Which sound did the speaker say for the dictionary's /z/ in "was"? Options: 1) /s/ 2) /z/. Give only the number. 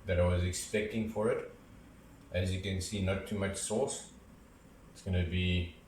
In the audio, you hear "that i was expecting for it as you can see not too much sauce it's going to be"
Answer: 2